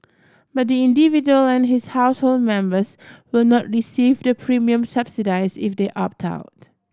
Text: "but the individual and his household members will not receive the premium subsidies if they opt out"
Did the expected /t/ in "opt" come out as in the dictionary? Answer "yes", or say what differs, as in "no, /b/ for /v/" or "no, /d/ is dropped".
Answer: yes